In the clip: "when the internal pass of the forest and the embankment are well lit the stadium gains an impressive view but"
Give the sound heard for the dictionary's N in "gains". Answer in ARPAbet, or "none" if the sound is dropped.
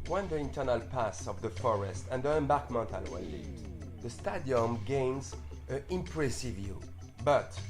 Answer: N